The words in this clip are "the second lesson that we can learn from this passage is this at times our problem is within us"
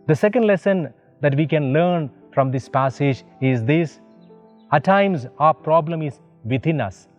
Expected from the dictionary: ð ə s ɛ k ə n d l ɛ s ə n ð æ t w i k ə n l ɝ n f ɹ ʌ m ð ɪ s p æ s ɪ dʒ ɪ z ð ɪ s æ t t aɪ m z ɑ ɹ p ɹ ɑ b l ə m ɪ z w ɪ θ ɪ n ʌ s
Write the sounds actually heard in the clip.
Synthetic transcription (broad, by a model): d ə s ɛ k ə n d l ɛ s ə n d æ t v i k ə n l ɝ n f ɹ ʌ m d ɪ s p æ s ɪ dʒ ɪ z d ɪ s æ t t aɪ m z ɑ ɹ p ɹ ɑ b l ə m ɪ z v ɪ t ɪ n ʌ s